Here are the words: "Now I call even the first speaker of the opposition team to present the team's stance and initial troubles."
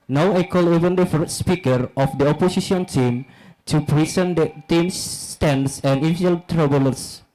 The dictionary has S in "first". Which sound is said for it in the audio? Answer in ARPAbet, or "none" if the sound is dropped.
none